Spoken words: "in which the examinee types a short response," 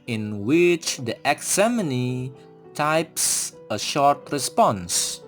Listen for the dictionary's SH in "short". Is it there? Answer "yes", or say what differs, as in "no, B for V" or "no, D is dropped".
yes